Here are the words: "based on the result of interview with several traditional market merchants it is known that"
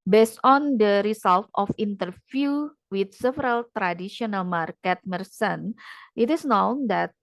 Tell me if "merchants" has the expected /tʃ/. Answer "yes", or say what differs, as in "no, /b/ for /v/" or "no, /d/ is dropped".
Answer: no, /s/ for /tʃ/